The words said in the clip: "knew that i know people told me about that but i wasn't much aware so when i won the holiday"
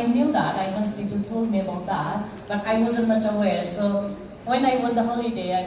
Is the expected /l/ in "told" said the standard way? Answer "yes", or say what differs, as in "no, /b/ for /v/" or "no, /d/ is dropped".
no, /l/ is dropped